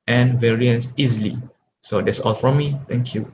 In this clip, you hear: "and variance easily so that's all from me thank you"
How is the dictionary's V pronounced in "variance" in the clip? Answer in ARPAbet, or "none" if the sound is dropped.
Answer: V